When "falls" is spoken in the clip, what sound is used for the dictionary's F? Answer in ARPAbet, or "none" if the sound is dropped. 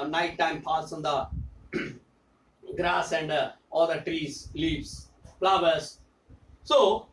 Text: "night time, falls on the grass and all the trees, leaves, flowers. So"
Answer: P